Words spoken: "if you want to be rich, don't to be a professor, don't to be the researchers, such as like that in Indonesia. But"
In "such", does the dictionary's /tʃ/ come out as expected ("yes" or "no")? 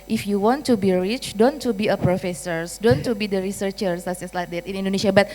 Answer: no